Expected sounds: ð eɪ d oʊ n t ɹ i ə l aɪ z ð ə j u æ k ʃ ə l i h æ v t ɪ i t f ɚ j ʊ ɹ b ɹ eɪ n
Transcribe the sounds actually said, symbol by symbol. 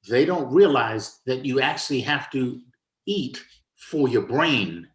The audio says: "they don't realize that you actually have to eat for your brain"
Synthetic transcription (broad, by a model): ð eɪ d oʊ n t ɹ i ə l aɪ z ð ə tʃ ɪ æ k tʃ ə l i h æ f t ɪ i t f ɚ j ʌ ɹ b ɹ eɪ n